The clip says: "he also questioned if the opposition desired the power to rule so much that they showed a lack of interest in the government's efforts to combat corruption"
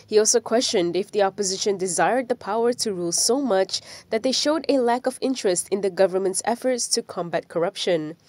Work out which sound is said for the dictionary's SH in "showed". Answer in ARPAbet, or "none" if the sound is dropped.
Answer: SH